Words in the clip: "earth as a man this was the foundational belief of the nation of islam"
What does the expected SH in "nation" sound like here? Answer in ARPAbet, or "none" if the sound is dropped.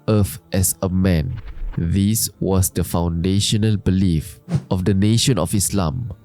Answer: SH